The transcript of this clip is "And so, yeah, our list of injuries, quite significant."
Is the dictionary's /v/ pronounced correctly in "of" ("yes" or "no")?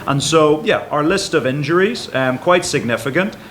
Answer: yes